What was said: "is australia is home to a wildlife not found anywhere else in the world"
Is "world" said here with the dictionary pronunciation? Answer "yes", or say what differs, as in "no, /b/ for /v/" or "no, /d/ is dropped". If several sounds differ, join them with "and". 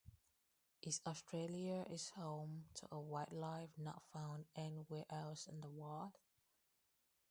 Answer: no, /l/ is dropped